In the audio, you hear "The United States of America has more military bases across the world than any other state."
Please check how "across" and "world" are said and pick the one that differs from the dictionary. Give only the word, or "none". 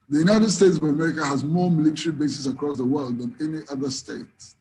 none